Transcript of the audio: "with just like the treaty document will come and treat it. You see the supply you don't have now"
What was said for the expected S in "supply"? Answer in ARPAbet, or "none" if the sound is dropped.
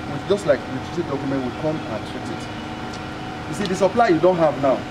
S